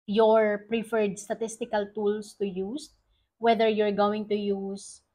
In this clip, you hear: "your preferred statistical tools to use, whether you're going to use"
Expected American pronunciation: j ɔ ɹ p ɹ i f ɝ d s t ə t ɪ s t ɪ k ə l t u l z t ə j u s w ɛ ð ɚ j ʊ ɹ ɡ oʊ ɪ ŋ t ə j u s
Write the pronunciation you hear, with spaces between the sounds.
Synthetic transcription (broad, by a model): j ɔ ɹ p ɹ i f ɝ d s t ə t ɪ s t ɪ k ə l t u l s t ə j u s w ɛ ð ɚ j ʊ ɹ ɡ oʊ ɪ ŋ t ə j u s